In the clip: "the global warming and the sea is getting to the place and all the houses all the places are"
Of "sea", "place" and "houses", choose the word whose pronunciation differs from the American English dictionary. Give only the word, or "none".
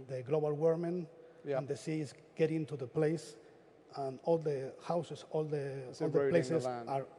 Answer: houses